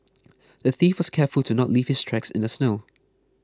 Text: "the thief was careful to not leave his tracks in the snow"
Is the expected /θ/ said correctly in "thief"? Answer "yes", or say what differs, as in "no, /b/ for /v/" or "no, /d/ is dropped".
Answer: yes